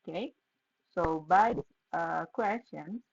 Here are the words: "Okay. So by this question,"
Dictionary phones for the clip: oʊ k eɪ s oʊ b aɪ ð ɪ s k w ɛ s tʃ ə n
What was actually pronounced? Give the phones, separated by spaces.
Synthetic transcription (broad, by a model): k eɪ s oʊ b aɪ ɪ k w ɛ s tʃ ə n